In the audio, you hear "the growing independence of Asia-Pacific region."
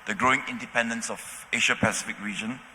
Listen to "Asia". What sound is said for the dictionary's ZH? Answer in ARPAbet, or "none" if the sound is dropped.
SH